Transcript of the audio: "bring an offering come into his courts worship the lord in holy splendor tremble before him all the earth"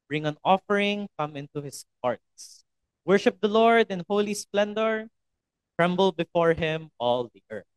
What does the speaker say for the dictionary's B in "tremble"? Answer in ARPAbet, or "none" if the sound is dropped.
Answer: B